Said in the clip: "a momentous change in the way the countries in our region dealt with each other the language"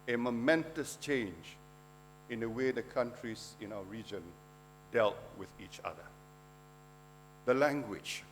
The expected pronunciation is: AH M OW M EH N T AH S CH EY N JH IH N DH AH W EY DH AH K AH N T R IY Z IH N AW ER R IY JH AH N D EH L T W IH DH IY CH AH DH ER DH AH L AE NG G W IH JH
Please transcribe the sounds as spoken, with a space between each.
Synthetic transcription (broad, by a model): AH M OW M EH N T AH S CH EY N JH IH N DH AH W EY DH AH K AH N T R IY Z IH N AW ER R IY JH AH N D EH L T W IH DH IY CH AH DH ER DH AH L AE NG G W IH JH